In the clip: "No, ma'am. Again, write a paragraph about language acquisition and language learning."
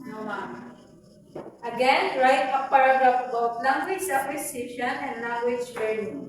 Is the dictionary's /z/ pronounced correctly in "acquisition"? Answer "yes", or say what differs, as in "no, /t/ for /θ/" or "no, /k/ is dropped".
no, /s/ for /z/